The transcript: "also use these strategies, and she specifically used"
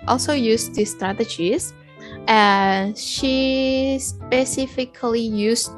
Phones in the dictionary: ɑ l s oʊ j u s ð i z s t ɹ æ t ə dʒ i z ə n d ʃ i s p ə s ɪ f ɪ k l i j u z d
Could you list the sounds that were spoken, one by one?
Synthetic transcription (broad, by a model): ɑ l s oʊ j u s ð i s t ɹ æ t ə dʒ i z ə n ʃ i s p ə s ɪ f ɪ k l i j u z